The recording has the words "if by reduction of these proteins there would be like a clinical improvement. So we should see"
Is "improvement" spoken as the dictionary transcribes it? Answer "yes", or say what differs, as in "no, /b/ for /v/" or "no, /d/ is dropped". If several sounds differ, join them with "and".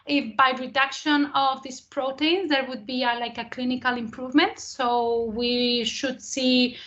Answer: yes